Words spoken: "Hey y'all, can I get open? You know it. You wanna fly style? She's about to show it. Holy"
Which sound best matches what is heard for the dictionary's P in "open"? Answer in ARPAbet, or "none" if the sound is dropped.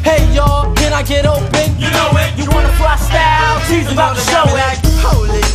P